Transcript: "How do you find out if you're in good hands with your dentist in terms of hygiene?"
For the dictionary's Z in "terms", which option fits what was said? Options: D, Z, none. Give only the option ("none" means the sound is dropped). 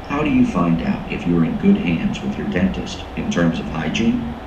Z